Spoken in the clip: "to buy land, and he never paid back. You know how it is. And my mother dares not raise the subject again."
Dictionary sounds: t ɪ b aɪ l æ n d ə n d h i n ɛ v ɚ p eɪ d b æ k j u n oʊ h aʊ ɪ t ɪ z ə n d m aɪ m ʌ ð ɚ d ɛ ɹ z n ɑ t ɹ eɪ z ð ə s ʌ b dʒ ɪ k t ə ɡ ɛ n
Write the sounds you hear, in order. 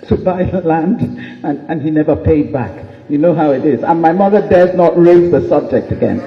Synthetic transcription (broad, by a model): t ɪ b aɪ l æ n d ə n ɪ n i n ɛ v ɚ p eɪ d b æ k j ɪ n oʊ h aʊ ɪ t ɪ z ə n m aɪ m ʌ ð ɚ d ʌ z n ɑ t ɹ eɪ z ð ə s ʌ b dʒ ɪ k t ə ɡ ɛ n